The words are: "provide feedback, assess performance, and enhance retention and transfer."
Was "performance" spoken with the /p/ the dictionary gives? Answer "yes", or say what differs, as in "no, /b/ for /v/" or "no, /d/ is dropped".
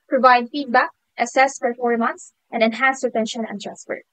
no, /f/ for /p/